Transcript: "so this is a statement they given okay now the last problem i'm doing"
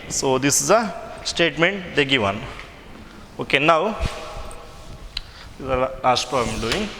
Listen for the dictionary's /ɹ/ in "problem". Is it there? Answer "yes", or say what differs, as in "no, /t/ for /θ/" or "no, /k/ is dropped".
no, /ɹ/ is dropped